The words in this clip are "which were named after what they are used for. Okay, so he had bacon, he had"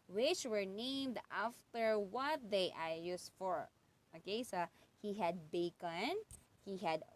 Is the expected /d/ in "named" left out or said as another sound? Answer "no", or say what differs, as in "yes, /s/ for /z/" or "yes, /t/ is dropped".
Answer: no